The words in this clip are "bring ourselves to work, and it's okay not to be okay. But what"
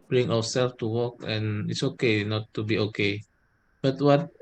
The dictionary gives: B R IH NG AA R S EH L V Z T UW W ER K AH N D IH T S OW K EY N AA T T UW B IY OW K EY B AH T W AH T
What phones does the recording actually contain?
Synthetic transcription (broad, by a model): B R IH NG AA W S EH L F T UW W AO K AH N IH T S OW K EY N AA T T UW B IY OW K EY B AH T W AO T